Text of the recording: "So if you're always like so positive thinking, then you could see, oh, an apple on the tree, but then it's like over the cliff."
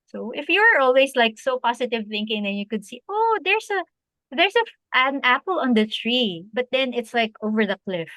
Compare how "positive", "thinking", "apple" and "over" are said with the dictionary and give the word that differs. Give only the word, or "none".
positive